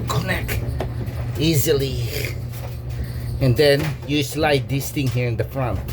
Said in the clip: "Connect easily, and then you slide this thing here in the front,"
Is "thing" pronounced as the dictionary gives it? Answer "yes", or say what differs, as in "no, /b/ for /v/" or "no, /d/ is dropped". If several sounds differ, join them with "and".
no, /t/ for /θ/